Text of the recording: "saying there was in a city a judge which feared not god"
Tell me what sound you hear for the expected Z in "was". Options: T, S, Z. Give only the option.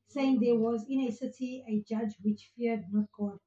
Z